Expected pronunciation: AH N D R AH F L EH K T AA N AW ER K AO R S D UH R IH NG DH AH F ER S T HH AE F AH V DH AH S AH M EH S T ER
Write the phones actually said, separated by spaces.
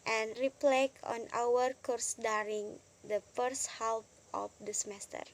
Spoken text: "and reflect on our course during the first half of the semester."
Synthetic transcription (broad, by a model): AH N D R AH P L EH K AA N AW ER K AO R S D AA R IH NG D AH F ER S T HH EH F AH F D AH S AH M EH S T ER